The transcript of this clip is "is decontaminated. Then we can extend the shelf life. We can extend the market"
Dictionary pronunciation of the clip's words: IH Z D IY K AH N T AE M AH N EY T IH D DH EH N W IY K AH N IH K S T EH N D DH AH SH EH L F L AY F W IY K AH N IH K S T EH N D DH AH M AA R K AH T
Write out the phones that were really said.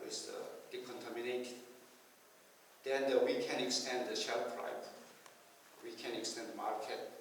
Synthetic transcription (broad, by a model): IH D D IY K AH N T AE M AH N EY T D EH N W IY K AH N IH K S T EH N D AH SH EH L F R AY P W IY K AH N IH K S T EH N D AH M AA R K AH T